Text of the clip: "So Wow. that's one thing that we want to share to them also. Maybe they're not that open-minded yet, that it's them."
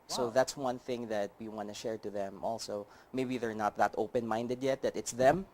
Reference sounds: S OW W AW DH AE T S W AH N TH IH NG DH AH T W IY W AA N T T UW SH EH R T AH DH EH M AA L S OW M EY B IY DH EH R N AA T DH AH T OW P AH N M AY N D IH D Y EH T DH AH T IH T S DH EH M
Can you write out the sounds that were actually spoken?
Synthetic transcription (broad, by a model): S OW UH DH AE T S W AH N TH IH NG DH AH T W IY W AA N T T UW SH EH R T AH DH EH M AA L S OW M EY B IY DH EH R N AA T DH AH T OW P AH N M AY N D IH D Y EH T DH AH T IH T S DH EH M